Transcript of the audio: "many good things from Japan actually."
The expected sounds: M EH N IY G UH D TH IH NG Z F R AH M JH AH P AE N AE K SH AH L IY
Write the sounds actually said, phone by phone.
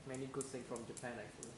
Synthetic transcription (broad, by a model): M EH N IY G UH D S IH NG F R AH M JH AH P AE N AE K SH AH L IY